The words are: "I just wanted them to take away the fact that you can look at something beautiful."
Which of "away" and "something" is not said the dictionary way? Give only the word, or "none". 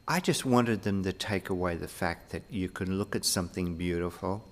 none